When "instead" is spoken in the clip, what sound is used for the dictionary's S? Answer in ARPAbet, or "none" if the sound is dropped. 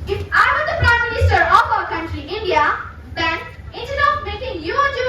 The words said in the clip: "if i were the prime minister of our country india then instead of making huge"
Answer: none